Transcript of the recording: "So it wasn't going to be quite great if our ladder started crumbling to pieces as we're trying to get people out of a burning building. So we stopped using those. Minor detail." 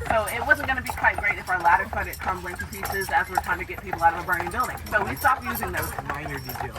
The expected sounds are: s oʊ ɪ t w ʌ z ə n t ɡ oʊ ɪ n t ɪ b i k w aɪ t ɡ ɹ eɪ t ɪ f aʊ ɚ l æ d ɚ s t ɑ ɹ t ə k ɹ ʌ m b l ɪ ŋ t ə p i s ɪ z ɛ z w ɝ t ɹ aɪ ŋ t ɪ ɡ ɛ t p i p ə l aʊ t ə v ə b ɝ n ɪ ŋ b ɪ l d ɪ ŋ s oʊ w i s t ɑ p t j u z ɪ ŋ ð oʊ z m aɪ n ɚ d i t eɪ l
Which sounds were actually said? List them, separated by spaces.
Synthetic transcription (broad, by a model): s oʊ ɪ t w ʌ z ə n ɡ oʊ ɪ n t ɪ b i k w aɪ t ɡ ɹ eɪ t ɪ f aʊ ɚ l æ d ɚ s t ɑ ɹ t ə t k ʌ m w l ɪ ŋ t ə p i s ɪ z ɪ z w ɝ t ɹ aɪ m t ɪ ɡ ɛ t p i p l aʊ t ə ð ə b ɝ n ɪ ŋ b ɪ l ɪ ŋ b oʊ w i s t ɑ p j u z ɪ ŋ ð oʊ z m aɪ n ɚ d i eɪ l